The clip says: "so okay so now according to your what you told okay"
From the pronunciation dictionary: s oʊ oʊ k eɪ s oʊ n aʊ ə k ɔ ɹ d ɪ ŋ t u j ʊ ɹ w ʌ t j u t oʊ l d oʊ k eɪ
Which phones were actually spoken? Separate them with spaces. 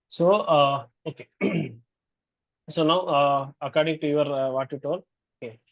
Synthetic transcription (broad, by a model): s oʊ oʊ k eɪ s oʊ n aʊ ə k ɔ ɹ d ɪ ŋ t u j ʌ ɹ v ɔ t j u t oʊ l oʊ k eɪ